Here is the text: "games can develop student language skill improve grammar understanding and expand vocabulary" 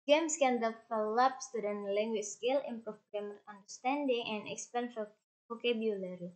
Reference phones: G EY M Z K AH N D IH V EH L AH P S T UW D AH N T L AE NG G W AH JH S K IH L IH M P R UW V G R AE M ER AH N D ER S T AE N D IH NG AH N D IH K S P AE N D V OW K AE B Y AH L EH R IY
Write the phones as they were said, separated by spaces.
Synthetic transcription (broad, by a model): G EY M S K AH N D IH F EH L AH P S T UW D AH N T L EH NG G W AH CH S K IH L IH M P R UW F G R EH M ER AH N D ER S T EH N D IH NG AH N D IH K S P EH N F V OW K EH B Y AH L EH R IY